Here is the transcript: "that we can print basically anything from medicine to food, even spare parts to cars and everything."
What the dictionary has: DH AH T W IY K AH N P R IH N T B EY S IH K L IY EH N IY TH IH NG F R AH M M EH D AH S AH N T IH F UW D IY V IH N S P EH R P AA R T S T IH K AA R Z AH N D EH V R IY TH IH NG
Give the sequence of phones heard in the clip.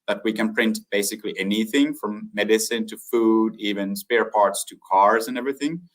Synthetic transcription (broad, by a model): DH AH T W IY K AH N P R IH N T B EY S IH K L IY EH N IY TH IH NG F R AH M M EH D AH S AH N T IH F UW D IY V IH N S P EH R P AA R T S T IH K AA R Z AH N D EH V R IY TH IH NG